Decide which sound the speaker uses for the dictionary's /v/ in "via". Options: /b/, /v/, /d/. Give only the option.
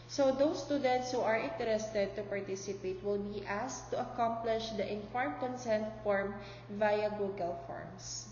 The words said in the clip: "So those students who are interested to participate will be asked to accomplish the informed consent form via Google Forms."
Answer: /v/